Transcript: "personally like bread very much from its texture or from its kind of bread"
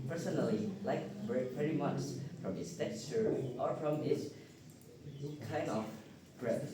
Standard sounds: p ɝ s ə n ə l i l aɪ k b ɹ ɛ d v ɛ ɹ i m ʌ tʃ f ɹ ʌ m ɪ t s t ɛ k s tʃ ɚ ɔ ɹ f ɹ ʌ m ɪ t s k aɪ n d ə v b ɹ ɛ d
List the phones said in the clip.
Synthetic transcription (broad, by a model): p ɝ s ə n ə l i l aɪ k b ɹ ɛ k v ɛ ɹ i m ʌ tʃ f ɹ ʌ m ɪ t s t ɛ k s ɚ ɔ ɹ f ɹ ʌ m ɪ t s k aɪ n d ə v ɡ ɹ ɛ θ